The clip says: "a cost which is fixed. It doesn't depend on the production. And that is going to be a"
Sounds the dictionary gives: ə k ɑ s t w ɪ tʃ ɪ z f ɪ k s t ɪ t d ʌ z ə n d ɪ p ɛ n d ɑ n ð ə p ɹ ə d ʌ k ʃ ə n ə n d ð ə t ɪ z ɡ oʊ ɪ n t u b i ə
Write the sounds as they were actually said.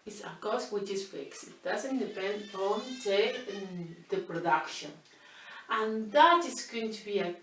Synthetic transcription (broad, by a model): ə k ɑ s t w ɪ tʃ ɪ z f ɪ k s ɪ t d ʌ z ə n d ɪ p ɛ n d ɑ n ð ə p ɹ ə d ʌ k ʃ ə n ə n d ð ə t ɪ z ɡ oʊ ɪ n t u b i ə